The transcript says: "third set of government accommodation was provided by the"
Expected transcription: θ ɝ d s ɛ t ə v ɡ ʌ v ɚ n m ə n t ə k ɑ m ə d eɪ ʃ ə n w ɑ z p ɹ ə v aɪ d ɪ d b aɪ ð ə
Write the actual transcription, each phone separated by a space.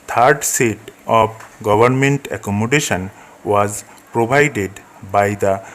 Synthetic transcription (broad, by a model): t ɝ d s ɛ t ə b ɡ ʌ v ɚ n m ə n t ə k ɑ m ə d eɪ ʃ ə n w ɑ z p ɹ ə b aɪ d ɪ d b aɪ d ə